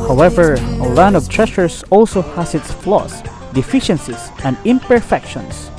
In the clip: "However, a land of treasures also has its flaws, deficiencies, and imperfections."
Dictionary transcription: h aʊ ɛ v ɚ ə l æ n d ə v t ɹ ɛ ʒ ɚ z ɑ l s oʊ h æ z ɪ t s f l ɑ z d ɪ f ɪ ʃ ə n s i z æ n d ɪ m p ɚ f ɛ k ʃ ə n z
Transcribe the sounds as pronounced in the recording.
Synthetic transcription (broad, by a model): h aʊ ɛ v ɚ ə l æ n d ə v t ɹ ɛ ʃ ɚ s ɑ l s oʊ h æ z ɪ t s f l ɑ s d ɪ f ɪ ʃ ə n s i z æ n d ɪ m p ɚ f ɛ k ʃ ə n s